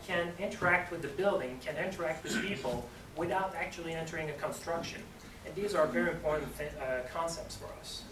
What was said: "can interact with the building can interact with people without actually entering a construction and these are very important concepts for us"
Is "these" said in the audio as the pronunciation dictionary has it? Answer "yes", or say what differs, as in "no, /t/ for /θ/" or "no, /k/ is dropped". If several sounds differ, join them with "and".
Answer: yes